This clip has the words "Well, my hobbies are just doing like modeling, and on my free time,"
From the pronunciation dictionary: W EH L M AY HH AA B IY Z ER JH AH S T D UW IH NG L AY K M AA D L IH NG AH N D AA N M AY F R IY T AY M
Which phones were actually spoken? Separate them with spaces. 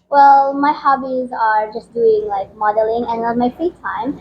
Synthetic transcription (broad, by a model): W EH L M AY HH AA B IY Z ER JH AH S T D UW IH NG L AY K M AA D L IH NG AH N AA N M AY F R IY T AY M